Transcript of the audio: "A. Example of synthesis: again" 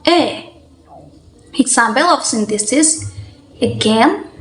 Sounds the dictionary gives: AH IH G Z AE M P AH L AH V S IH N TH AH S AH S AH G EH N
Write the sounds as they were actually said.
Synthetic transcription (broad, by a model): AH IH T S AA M B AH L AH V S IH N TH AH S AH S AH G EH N